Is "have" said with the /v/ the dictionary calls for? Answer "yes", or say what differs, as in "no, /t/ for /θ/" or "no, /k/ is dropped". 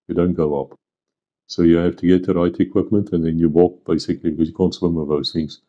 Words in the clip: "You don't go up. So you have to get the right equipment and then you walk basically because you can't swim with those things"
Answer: no, /f/ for /v/